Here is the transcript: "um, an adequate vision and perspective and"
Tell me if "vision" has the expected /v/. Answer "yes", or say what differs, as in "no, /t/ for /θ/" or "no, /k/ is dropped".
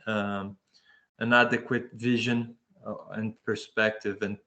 yes